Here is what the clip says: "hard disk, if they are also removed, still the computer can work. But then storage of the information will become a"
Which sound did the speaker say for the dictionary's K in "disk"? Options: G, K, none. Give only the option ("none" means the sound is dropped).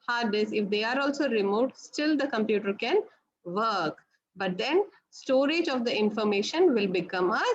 none